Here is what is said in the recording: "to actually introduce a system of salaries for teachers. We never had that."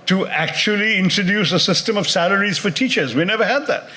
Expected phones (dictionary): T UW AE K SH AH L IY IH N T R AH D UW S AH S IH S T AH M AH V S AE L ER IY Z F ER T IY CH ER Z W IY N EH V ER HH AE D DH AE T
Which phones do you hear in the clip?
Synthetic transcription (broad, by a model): T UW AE K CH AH L IY IH N T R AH D UW S AH S IH S T AH M AH V S AE L ER IY Z F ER T IY CH ER Z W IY N EH V ER HH AE D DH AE T